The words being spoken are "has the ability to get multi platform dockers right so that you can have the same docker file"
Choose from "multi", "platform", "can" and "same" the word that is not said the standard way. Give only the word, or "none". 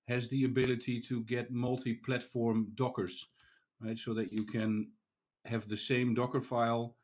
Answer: none